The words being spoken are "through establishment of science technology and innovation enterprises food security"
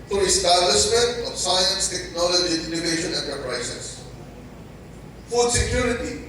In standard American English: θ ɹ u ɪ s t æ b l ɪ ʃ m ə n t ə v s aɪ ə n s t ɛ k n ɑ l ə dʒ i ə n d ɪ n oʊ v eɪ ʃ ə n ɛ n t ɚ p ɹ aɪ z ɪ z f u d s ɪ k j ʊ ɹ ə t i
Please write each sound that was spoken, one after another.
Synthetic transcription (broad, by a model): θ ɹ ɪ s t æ l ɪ s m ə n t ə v s aɪ ə n s t ɛ k n ɑ l ə dʒ i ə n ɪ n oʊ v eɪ ʃ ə n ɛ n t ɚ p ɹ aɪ s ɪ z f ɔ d s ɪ k j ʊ ɹ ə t i